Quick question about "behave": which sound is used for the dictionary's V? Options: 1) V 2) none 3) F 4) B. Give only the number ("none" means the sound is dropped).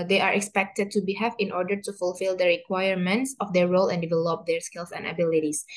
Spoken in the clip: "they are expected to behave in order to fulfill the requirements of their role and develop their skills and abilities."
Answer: 3